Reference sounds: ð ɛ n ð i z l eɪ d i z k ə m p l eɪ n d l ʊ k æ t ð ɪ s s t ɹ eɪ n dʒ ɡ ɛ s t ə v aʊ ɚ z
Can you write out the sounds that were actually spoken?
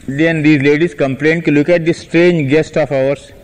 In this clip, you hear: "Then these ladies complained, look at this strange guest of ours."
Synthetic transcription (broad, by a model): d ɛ n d i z l eɪ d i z k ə m p l eɪ n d l ʊ k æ t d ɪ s s t ɹ eɪ n dʒ ɡ ɛ s t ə f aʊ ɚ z